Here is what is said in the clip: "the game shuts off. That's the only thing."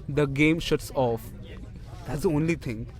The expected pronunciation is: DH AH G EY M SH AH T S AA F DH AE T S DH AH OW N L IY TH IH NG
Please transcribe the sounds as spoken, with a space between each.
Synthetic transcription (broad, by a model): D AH G EY M SH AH T S AA F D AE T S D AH OW N L IY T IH NG